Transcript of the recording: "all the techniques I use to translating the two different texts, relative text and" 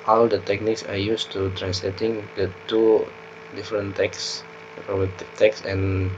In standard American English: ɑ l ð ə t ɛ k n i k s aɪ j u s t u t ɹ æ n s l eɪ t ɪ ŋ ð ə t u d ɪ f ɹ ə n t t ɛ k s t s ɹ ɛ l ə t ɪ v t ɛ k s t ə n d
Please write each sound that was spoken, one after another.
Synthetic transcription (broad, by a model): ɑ l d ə t ɛ k n i k s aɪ j u s t u t ɹ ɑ n s l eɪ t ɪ ŋ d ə t u d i f ɹ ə n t t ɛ k s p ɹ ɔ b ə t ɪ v t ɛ k s ə n